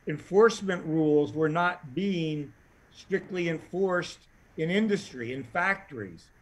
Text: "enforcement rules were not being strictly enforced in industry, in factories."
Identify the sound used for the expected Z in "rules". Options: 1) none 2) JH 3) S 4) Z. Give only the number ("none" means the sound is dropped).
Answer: 4